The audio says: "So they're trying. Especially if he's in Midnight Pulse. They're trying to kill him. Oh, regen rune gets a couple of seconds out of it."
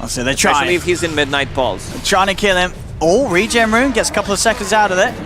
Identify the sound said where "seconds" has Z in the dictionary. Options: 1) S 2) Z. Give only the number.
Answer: 2